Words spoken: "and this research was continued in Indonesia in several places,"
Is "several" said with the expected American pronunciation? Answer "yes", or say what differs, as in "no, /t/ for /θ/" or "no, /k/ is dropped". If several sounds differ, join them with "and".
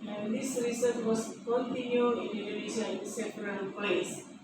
no, /p/ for /v/